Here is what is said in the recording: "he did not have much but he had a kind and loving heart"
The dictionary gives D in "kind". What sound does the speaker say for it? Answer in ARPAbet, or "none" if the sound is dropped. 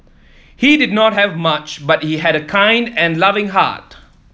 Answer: D